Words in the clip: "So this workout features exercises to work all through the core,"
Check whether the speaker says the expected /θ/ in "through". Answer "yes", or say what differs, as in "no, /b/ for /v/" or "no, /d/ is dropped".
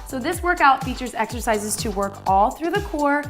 yes